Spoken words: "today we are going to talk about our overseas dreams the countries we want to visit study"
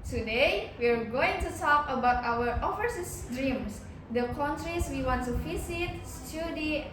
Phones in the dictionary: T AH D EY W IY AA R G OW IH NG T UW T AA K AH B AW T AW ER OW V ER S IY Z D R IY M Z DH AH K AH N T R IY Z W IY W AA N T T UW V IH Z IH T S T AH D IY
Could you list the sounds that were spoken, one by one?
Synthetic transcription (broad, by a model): T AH D EY W IY AA R G OW IH NG T UW T AA K AH B AW T AW ER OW F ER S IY S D R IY M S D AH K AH N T R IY S W IY W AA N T T UW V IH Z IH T S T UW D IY